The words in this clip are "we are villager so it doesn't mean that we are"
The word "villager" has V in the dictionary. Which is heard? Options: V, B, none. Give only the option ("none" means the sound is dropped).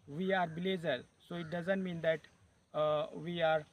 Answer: B